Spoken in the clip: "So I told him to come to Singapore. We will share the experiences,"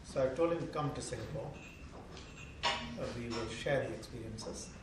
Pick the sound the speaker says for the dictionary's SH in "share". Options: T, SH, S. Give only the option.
SH